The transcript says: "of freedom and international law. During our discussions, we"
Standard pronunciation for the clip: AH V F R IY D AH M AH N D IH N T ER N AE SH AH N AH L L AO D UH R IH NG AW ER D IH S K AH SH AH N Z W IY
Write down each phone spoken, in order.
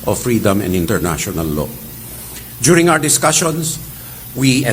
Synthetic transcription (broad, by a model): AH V F R IY D AH M AH N D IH N T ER N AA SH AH N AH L L AO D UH R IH NG AW ER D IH S K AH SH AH N S W IY